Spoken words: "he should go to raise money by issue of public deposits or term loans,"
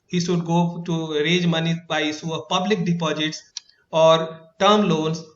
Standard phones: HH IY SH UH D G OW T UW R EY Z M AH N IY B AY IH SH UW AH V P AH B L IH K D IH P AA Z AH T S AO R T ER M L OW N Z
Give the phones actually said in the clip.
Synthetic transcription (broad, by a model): HH IY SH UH D G OW T UW R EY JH M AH N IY B AY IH S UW AH V P AH B L IH K D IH P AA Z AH T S AO R T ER M L OW N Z